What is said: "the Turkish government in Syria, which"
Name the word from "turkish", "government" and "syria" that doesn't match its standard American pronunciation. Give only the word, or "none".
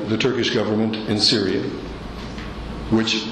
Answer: none